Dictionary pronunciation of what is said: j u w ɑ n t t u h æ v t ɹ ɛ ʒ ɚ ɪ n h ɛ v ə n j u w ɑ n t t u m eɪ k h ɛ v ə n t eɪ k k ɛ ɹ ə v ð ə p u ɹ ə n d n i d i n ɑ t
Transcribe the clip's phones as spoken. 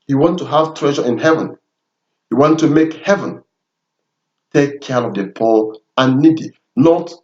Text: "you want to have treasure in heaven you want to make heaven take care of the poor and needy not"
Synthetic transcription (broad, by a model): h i w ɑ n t t u h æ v t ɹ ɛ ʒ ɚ ɪ n h ɛ v ə n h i w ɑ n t t u m eɪ k h ɛ v ə n t eɪ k k ɛ ɹ ə v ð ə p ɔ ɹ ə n n i d i n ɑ t